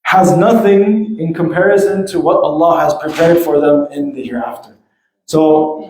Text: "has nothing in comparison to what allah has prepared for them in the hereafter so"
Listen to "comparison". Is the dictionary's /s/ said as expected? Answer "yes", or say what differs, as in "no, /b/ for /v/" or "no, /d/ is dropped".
yes